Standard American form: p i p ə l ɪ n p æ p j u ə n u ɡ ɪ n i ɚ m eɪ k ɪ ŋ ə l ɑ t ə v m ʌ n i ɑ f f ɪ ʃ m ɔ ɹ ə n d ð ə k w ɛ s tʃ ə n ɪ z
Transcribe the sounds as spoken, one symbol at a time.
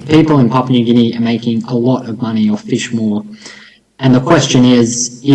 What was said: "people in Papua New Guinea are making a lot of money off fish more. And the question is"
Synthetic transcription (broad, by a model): p i p l ɪ n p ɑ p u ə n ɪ ɡ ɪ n i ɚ m eɪ k ɪ ŋ ə l ɑ t ə v m ʌ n i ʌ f f ɪ ʃ m ɔ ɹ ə n ð ə k w ɛ s tʃ ə n ɪ z